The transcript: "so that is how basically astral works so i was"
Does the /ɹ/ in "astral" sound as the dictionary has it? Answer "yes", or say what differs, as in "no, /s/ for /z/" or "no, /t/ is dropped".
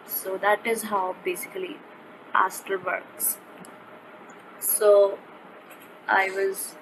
no, /ɹ/ is dropped